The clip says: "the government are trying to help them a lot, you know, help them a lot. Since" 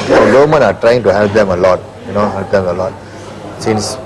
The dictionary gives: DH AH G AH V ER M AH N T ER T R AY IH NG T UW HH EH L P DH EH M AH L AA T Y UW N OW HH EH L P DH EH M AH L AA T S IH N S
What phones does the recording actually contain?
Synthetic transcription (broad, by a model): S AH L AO M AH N AA T R AY IH NG T UW HH EH L P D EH M AH L AA T Y UW N OW HH EH L P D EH M AH L AA T S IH N S